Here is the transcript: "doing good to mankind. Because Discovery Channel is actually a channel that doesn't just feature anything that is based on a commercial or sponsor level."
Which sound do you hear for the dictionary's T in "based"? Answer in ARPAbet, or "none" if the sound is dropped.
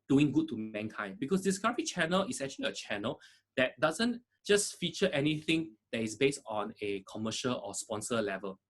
T